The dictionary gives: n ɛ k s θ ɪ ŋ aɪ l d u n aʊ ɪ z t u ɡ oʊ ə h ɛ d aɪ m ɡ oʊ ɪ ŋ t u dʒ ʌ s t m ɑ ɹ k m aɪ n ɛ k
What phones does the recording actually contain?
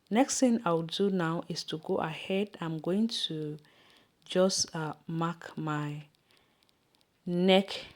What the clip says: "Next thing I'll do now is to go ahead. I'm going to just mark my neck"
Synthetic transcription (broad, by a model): n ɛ k s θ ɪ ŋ aɪ w d u n aʊ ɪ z t u ɡ oʊ ə h ɛ d aɪ m ɡ oʊ ɪ ŋ t u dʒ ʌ s m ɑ k m aɪ n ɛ k